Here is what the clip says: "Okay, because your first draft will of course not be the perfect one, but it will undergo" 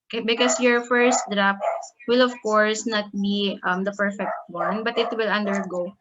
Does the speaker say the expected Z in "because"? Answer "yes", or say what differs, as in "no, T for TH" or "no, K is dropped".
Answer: no, S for Z